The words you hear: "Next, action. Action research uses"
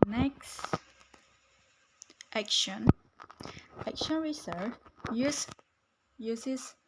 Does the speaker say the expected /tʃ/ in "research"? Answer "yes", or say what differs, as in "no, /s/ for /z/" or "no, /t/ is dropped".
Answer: no, /s/ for /tʃ/